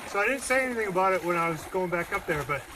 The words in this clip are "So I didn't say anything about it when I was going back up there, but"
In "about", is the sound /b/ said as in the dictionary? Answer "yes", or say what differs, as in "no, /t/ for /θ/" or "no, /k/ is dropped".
yes